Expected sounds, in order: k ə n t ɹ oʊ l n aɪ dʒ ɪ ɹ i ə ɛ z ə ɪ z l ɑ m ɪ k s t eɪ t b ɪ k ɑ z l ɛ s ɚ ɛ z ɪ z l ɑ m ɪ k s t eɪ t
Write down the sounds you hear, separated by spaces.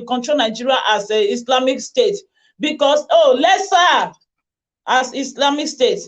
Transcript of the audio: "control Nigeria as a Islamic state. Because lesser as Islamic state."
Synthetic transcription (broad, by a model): k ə n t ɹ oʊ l n aɪ dʒ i ɹ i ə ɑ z ə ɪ s l ɑ m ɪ k s t eɪ t b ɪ k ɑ s l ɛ s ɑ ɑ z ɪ s l ɑ m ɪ k s t eɪ t